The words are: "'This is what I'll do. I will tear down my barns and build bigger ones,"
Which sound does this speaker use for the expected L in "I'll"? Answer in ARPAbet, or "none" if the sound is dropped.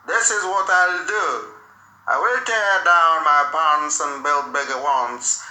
L